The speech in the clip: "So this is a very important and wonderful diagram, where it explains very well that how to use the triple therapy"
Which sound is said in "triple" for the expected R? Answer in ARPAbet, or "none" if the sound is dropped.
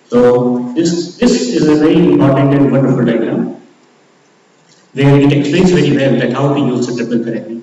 none